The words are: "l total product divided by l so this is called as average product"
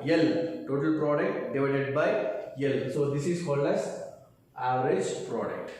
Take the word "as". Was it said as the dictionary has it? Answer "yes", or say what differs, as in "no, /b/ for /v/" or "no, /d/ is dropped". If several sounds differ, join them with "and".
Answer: no, /s/ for /z/